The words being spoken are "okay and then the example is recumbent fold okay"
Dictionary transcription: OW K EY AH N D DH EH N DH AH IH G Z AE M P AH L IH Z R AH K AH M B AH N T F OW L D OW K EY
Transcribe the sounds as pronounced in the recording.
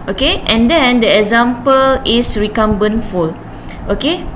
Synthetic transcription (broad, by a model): OW K EY AH N D EH N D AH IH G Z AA M P AH L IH S R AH K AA M B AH N F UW L OW K EY